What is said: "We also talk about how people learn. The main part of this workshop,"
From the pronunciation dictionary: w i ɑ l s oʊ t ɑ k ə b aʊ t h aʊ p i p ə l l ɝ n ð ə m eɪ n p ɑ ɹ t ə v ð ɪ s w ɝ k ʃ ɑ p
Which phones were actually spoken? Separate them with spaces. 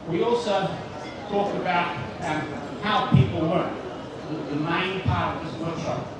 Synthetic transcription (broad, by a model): w i ɑ l s oʊ t ɑ k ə b aʊ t h aʊ p i p l w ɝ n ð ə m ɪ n p ɑ ɹ t ə v ð ɪ s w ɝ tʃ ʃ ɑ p